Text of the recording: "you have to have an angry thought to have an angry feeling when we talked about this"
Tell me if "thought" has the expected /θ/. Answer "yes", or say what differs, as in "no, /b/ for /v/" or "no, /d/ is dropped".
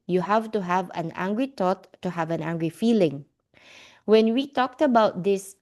no, /t/ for /θ/